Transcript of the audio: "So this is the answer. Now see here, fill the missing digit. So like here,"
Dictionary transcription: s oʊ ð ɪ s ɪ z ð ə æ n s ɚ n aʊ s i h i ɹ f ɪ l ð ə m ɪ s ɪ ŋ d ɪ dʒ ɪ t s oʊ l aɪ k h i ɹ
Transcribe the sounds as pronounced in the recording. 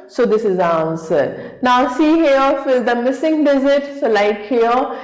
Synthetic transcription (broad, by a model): s oʊ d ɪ s ɪ z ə n s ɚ n aʊ s i h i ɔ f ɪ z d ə m ɪ s ɪ ŋ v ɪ z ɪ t s oʊ l aɪ k h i